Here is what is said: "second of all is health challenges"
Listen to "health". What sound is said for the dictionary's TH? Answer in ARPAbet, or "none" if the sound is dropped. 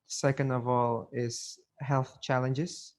TH